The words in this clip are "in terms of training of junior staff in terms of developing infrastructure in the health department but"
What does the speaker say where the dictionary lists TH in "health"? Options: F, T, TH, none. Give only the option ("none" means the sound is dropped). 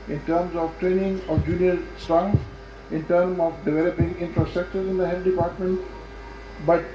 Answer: T